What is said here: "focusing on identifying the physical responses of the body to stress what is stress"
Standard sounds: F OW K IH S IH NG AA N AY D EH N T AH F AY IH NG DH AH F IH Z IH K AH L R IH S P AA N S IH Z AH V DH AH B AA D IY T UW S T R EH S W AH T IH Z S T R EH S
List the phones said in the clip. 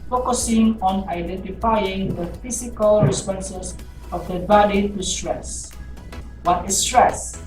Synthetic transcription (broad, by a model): F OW K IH S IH NG AA N AY D EH N T AH F AY IH NG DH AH F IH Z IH K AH L R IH S P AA N S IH S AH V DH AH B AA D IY T UW S T R EH S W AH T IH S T R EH S